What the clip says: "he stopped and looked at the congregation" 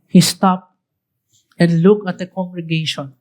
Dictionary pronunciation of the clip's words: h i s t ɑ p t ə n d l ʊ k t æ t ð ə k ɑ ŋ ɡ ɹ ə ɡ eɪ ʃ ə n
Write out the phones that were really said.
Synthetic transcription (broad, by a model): h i s t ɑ p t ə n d l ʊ k æ t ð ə k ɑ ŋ ɡ ɹ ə ɡ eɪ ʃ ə n